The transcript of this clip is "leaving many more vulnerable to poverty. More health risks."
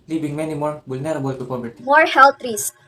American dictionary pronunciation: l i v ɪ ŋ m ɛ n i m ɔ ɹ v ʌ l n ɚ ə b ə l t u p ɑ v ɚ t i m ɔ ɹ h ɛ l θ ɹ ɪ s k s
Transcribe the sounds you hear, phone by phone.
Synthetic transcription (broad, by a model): l i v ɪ ŋ m ɛ n i m ɔ ɹ b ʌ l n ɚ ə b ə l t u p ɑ b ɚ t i m ɔ ɹ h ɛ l t ɹ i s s